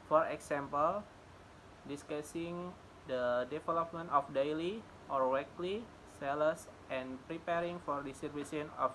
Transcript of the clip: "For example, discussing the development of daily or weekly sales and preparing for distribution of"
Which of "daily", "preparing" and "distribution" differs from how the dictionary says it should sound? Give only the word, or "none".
distribution